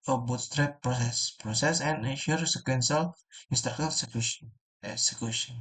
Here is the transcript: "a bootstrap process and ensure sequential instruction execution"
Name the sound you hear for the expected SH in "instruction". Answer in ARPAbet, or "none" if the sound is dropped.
none